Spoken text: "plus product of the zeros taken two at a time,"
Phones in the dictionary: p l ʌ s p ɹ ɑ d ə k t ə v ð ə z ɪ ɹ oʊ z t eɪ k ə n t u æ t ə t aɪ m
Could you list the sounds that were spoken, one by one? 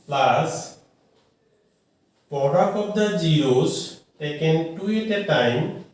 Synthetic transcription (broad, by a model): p l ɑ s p ɑ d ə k ə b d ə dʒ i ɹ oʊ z t eɪ k ə n t u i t ə t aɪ m